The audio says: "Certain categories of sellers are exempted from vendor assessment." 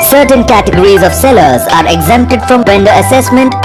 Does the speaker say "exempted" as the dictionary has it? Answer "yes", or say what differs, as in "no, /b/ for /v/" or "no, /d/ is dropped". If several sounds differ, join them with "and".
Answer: yes